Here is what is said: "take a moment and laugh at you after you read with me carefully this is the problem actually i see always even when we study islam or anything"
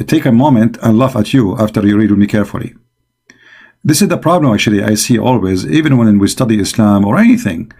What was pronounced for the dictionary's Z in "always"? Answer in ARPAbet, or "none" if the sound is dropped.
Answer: Z